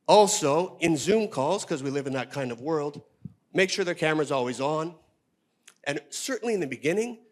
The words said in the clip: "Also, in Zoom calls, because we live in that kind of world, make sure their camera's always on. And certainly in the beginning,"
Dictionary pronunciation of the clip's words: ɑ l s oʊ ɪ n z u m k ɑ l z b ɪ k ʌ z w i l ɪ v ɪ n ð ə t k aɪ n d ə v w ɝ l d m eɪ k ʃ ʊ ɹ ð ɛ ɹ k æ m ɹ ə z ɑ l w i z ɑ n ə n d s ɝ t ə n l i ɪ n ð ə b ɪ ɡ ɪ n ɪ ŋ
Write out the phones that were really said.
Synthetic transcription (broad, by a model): ɑ l s oʊ ɪ n z u m k ɑ l z k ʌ z w i l ɪ v ɪ n ð ə t k aɪ n d ə v w ɝ l d m eɪ k ʃ ʊ ɹ ð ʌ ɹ k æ m ɹ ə z ɑ l w i z n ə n s ɝ t n l i ɪ n ð ə b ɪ ɡ ɪ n ɪ ŋ